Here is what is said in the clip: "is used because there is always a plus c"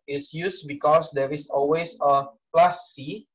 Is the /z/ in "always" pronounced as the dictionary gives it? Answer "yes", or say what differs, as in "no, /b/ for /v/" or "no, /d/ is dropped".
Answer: no, /s/ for /z/